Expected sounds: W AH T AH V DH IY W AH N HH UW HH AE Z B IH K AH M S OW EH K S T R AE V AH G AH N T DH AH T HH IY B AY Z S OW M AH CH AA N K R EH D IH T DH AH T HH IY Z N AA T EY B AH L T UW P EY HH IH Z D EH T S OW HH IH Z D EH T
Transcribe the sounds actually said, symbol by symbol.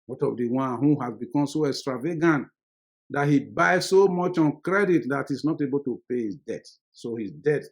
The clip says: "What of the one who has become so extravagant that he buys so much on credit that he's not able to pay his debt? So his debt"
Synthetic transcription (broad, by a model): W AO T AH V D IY W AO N HH UW HH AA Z B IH K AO M S OW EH K S T R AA V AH G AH N T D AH T HH IY B AY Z S OW M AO CH AA N K R EH D IH T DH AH T HH IY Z N AA T EY B AH L T UW P EY HH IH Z D EH T S OW HH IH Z D EH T